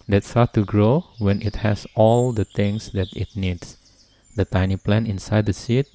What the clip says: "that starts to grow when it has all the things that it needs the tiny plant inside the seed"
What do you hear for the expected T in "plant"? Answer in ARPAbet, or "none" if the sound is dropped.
none